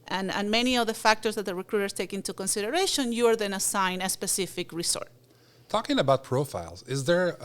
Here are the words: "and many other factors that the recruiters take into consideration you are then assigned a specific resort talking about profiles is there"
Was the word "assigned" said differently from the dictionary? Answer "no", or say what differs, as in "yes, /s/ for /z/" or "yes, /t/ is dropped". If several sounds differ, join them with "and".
yes, /d/ is dropped